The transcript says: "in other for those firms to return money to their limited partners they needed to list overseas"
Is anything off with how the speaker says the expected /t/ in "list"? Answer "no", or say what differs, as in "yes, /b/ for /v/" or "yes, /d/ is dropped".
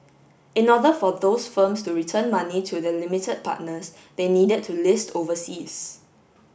no